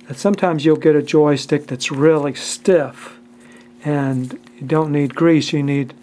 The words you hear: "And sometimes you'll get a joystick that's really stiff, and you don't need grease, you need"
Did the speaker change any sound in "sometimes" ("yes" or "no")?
no